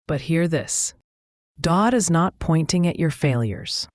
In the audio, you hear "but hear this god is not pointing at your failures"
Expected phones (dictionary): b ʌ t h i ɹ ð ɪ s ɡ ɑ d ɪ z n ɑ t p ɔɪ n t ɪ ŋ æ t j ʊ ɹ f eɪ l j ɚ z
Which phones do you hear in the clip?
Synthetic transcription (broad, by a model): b ʌ t h i ɹ ð ɪ s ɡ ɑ d ɪ z n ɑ t p ɔɪ n t ɪ ŋ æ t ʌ ɹ f eɪ l j ɚ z